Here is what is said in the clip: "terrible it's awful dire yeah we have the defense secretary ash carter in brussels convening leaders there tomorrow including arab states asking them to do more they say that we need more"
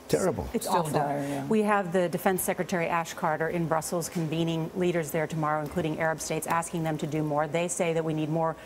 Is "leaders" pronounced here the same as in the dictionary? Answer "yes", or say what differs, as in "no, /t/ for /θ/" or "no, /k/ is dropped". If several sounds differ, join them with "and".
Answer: yes